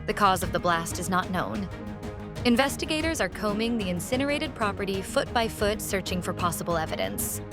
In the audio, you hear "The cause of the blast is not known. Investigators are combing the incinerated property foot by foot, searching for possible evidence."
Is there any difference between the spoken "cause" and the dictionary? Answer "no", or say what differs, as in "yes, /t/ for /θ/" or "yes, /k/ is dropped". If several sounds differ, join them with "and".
no